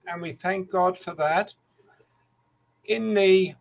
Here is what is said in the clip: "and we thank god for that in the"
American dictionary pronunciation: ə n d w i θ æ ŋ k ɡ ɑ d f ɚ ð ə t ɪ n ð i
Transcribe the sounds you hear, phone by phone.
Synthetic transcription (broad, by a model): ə n w i θ æ ŋ k ɡ ɑ d f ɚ ð ə t ɪ n ð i